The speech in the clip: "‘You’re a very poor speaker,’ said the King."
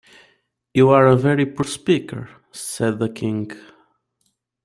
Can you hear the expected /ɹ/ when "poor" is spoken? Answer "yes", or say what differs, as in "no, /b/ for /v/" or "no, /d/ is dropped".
yes